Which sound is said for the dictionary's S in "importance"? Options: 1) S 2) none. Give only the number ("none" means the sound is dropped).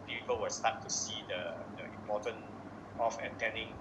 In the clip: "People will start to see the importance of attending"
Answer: 2